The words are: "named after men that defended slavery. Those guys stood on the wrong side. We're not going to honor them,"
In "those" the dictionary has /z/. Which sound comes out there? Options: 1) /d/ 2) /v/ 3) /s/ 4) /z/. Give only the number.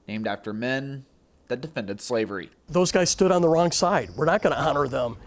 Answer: 4